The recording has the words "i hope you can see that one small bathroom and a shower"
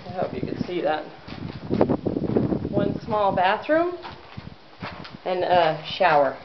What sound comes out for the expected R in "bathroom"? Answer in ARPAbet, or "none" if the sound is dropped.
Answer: R